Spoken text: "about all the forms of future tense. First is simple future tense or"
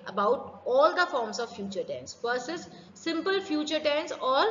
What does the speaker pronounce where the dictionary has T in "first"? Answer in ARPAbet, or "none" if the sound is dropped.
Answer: none